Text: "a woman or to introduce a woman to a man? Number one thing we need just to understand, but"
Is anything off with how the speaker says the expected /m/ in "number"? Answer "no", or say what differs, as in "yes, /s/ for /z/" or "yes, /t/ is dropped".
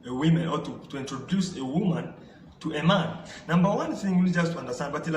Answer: no